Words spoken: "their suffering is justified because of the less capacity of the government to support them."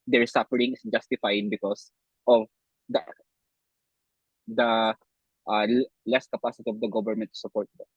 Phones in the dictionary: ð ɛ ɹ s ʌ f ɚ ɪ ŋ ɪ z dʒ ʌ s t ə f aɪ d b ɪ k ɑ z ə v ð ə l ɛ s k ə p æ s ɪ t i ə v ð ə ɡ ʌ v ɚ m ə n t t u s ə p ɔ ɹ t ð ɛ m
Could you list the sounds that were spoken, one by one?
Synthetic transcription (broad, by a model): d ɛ ɹ s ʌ f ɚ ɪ ŋ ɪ s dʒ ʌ s t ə f aɪ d b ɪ k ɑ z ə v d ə l ɛ s k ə p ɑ s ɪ t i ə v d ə ɡ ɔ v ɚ m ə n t t u s ə p ɔ ɹ t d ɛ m